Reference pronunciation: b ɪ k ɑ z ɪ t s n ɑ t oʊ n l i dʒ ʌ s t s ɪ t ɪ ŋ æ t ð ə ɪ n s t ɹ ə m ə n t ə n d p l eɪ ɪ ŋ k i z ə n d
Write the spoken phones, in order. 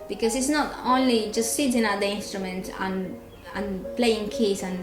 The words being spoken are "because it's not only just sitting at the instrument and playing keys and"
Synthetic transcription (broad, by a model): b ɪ k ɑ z ɪ t s n ɑ t oʊ n l i dʒ ʌ s t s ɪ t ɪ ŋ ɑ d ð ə ɪ n s t ɹ ə m ə n t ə n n p l eɪ ɪ ŋ k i s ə n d